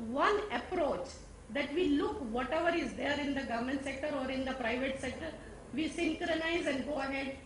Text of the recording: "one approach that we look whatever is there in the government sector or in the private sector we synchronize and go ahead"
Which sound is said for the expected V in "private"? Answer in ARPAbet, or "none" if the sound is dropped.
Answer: V